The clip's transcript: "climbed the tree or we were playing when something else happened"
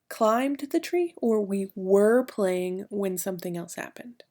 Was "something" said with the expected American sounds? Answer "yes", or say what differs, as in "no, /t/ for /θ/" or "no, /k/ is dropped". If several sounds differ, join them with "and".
yes